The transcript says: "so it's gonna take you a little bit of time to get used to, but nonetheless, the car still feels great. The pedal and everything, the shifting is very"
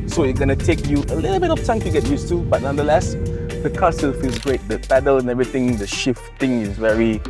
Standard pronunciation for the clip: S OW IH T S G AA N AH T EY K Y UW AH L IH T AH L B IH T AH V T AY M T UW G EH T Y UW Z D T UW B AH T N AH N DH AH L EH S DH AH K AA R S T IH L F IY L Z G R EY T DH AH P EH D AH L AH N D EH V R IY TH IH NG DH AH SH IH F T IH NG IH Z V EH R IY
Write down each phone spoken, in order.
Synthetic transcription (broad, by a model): S OW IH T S G AA N AH T EY K Y UW AH L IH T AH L B IH T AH F T AY M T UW G EH T Y UW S T UW B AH T N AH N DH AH L EH S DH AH K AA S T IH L F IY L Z G R EY T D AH P EH D AH L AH N EH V R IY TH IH NG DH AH SH IH F T IH NG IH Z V EH R IY